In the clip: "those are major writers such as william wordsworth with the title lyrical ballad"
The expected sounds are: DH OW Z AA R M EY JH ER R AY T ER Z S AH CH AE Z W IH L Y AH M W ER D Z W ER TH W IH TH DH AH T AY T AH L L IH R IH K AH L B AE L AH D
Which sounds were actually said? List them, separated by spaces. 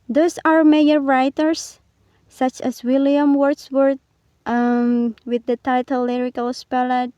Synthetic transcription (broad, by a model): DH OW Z AA R M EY ER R AY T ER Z S AH CH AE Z W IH L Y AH M W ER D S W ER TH W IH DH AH T AY T AH L L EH R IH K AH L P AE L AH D